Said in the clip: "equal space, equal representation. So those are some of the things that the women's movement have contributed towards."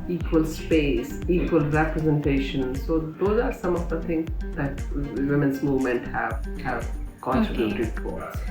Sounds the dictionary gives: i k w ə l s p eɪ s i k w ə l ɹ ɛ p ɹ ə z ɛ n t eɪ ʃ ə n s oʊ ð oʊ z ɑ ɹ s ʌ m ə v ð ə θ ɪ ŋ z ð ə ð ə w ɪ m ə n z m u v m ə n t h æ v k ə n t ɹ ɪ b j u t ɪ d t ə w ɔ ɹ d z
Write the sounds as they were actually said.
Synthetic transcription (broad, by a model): i k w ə l s p eɪ s i k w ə l ɹ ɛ p ɹ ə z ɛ n t eɪ ʃ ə n s oʊ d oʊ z ɑ ɹ s ʌ m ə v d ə t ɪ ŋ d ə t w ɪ m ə n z m u v m ə n t h æ v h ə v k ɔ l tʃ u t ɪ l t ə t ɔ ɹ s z